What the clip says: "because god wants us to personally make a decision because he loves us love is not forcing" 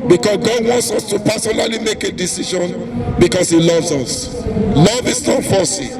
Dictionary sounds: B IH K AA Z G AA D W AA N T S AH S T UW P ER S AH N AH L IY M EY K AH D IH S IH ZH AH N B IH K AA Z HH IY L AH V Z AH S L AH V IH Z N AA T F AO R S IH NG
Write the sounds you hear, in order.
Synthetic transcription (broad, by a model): B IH K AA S G AA D W AA N T S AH S T UW P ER S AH N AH L IY M EY K AH D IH S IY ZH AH N B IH K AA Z HH IY L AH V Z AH S L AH V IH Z N AA T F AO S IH